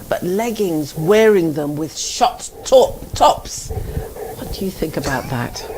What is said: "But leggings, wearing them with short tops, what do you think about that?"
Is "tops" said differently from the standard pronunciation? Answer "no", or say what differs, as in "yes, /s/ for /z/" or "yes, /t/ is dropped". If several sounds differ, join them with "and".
no